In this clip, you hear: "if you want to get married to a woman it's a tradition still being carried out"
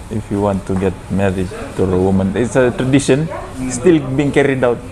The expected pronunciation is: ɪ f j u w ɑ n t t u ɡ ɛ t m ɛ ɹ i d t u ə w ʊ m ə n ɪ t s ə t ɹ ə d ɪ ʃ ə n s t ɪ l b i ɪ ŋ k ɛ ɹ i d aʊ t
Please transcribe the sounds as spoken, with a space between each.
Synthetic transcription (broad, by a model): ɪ f j u w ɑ n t t u ɡ ɛ t m ɛ ɹ i d t u ə w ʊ m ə n ɪ t s ə t ɹ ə d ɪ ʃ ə n s t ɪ l b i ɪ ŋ k ɛ ɹ i d aʊ t